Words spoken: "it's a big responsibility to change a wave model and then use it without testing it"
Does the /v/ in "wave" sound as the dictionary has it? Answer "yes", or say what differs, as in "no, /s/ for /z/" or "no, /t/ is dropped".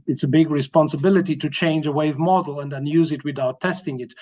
yes